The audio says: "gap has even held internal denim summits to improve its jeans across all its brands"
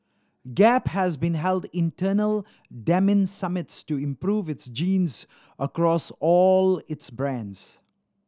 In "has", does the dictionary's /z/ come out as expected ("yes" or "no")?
yes